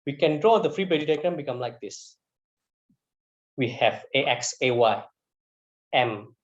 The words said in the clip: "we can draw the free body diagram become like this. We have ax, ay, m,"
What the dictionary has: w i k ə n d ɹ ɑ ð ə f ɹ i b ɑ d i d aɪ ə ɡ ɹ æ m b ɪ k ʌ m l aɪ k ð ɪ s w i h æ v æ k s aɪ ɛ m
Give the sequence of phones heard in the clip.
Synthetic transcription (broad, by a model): w i k ə n d ɹ ɑ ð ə f ɹ i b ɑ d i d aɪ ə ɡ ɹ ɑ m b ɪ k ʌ m l aɪ k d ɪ s w i h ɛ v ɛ k s aɪ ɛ m